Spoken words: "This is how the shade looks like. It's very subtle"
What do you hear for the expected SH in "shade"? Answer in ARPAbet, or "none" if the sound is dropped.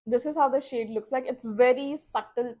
SH